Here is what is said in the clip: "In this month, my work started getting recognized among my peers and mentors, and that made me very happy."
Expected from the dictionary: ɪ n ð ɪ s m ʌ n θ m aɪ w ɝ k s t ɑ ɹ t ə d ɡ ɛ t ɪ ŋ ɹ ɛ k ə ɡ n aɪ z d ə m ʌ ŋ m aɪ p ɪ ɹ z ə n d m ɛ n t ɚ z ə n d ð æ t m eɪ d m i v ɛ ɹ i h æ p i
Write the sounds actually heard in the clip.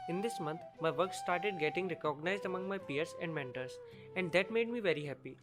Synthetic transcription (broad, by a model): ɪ n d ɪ s m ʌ n t m aɪ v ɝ k s t ɑ ɹ t ə d ɡ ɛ t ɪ ŋ ɹ ɛ k ə ɡ n aɪ z d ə m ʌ ŋ m aɪ p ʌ ɹ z ə n d m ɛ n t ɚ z ə n d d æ t m eɪ d m i v ɛ ɹ i h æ p i